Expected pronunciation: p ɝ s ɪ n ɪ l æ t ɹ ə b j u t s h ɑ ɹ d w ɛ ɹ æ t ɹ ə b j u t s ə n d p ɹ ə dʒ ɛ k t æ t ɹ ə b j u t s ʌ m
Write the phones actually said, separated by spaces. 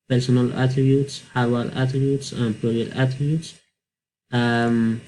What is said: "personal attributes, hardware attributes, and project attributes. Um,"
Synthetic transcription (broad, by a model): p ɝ s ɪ n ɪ l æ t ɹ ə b j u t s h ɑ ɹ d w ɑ l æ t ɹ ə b j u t s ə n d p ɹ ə ɛ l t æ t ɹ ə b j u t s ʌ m